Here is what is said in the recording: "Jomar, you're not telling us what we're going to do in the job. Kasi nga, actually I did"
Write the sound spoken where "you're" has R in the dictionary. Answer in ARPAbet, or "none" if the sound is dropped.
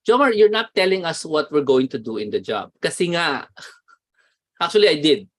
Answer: R